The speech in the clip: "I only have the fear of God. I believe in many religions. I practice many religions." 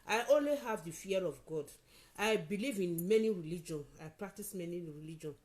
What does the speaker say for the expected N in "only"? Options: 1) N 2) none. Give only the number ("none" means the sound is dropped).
1